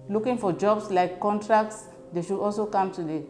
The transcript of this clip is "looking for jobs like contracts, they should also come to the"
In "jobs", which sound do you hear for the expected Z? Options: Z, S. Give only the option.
S